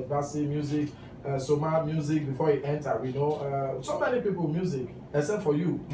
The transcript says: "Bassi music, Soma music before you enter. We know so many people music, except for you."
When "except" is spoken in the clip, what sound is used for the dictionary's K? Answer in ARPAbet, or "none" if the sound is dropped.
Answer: none